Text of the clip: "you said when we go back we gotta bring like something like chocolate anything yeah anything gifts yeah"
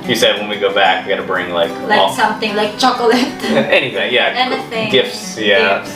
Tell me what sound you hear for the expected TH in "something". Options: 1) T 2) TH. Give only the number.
2